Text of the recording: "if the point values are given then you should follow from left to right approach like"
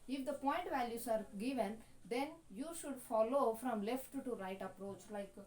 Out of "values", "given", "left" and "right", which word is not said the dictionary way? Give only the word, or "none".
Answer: values